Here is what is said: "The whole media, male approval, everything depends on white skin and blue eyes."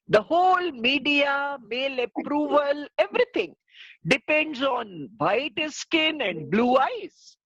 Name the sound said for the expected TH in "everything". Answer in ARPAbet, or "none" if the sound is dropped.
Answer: T